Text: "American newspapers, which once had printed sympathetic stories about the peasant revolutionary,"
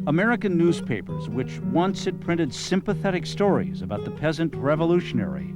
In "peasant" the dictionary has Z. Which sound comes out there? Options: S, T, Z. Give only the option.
Z